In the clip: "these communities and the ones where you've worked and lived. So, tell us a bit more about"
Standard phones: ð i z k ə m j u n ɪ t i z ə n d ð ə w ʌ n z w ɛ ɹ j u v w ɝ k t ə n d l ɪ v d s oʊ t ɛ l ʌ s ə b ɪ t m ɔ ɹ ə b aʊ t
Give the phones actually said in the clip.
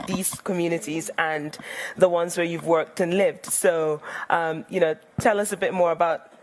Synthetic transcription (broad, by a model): ð i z k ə m j u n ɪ t i z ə n ð ə w ʌ n z w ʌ ɹ j u v w ɝ k t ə n l ɪ v d s oʊ t ɛ l ʌ s ə b ɪ t m ɔ ɹ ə b aʊ t